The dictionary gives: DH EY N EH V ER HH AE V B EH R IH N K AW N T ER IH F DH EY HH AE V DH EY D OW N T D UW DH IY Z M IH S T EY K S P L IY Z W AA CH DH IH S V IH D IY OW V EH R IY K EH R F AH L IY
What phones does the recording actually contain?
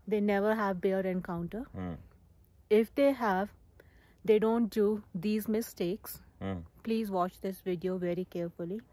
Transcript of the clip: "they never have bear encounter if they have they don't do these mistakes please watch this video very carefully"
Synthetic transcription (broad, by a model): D EY N EH V ER HH AE V B EH R IH N K AW N T ER IH F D EY HH AE V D EY D OW N T D UW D IY Z M IH S T EY K S P L IY Z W AA CH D IH S V IH D IY OW V EH R IY K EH R F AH L IY